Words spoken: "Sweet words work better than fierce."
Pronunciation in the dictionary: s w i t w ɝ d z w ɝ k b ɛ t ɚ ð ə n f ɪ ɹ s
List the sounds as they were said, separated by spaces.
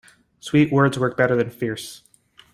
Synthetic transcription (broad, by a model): s w i t w ɝ d z w ɝ k b ɛ t ɚ ð ə n f ɪ ɹ s